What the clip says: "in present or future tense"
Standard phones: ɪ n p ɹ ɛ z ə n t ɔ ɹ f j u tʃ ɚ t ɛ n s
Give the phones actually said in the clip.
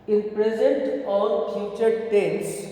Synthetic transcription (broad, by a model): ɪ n p ɹ ɛ z ə n t ɔ l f j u tʃ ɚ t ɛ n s